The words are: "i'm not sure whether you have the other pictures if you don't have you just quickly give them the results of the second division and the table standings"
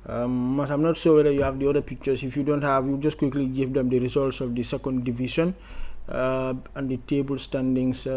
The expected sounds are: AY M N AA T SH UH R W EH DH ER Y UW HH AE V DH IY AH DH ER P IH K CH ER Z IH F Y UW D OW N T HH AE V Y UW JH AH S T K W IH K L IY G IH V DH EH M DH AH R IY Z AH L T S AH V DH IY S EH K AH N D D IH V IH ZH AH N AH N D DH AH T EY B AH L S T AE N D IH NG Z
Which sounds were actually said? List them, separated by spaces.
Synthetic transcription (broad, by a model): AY M N AA T S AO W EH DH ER Y UW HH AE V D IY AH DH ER P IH K CH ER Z IH F Y UW D OW N T HH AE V Y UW JH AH S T K W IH K L IY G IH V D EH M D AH R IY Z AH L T S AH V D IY S EH K AH N D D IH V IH SH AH N AH N D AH T EY B AH L S T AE N D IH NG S